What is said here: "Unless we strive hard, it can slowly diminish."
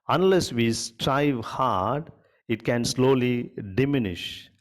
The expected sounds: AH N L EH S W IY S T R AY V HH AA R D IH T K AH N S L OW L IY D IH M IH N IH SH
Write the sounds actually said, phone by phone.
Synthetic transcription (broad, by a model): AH N L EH S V IY S T R AY V HH AA R D IH T K AH N S L OW L IY D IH M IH N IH SH